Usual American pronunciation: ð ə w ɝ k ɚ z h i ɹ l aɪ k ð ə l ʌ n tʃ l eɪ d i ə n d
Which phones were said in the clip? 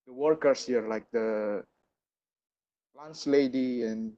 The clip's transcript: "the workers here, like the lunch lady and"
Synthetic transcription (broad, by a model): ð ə w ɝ k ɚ s h i ɹ l aɪ k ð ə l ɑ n s l eɪ d i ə n